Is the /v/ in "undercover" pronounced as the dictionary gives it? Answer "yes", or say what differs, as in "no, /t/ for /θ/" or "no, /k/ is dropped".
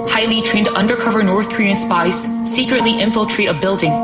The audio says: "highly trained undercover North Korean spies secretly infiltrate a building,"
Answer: yes